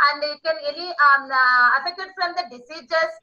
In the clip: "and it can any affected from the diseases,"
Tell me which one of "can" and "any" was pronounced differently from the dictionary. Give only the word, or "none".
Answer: any